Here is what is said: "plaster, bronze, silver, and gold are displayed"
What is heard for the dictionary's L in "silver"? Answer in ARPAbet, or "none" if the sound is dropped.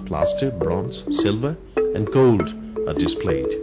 L